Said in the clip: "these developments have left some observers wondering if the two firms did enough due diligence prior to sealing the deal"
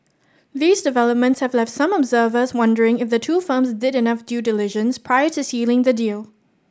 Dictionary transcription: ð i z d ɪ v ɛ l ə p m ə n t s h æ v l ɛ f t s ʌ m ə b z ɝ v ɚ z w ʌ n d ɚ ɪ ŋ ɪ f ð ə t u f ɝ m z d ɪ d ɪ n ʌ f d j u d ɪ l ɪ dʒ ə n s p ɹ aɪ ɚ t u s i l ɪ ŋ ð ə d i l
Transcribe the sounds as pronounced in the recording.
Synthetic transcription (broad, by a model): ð i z d ɪ v ɛ l ə p m ə n t s h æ v l ɛ f t s ʌ m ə b z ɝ v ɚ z w ʌ n d ɚ ɪ ŋ ɪ f ð ə t u f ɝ m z d ɪ d ɪ n ʌ f d j u d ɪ l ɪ ʒ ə n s p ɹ aɪ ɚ t u s i l ɪ ŋ ð ə d i l